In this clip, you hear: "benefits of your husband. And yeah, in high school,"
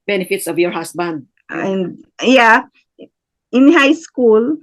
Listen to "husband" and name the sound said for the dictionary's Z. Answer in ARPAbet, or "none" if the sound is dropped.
S